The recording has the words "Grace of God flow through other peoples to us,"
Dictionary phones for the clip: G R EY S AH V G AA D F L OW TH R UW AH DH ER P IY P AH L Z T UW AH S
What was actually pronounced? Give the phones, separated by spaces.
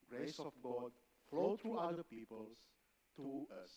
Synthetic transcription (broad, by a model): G R EY S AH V G AA D F L OW T R UW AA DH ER P IY P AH L S T UW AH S